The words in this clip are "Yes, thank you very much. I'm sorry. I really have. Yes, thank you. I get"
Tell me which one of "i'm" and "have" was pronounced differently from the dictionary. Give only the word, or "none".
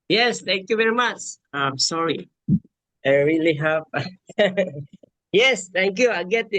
have